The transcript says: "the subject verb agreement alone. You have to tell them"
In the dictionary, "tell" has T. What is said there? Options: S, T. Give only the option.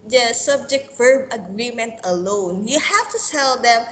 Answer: S